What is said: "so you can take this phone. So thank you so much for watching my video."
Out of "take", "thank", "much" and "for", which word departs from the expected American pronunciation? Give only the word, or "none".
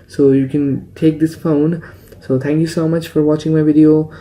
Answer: thank